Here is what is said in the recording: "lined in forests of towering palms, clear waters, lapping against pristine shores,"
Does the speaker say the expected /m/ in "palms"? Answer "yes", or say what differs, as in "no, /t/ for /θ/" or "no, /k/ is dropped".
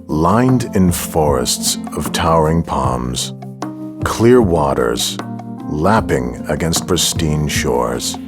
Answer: yes